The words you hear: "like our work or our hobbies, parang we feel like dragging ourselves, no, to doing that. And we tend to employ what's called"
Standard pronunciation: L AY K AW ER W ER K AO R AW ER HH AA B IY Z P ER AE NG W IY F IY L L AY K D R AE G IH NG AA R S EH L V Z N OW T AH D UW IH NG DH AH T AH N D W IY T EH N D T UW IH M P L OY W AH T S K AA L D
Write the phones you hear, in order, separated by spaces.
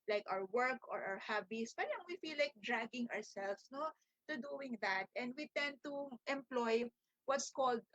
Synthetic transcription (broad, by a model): L AY K AW ER W ER K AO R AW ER HH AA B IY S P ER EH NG W IY F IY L L AY K D R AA G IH NG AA R S EH L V S N OW T AH D UW IH NG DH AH T AH N D W IY T EH N D T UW IH M P L OY W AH T S K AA L D